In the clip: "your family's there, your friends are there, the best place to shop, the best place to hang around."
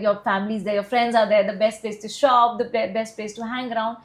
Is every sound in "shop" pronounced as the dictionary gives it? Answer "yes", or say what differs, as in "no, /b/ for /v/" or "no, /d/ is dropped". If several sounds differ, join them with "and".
yes